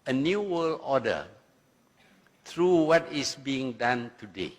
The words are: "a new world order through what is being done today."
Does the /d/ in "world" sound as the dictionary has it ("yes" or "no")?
no